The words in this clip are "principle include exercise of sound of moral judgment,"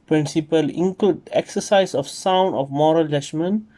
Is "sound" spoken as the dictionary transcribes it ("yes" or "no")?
yes